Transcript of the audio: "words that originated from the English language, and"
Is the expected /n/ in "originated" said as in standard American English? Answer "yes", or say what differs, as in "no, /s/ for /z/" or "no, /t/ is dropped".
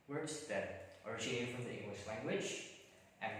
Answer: no, /n/ is dropped